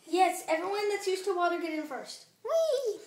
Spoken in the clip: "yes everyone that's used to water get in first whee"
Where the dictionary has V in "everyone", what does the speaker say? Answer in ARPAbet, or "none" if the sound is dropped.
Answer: V